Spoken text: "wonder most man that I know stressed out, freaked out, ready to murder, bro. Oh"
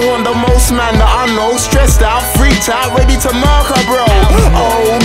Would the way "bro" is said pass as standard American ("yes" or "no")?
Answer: yes